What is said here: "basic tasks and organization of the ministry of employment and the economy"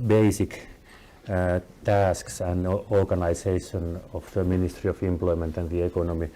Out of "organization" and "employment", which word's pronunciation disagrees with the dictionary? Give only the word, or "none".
organization